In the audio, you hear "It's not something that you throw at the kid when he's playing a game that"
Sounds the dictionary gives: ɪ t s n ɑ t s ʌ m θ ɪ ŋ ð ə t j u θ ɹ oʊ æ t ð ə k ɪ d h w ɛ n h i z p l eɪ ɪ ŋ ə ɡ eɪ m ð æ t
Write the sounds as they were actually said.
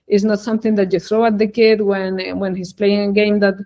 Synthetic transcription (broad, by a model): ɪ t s n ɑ t s ʌ m θ ɪ ŋ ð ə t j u θ ɹ oʊ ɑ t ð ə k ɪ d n w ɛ n h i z p l eɪ ɪ ŋ ə ɡ eɪ m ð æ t